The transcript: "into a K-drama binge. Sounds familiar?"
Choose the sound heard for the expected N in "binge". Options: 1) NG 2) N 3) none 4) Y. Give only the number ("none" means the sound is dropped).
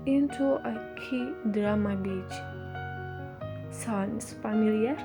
3